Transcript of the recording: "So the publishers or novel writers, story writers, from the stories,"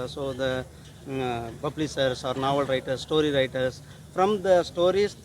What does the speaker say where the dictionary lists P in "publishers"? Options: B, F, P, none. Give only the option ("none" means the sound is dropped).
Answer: B